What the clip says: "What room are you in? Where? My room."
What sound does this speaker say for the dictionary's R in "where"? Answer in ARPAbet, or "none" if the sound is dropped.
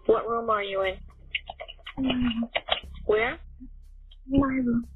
R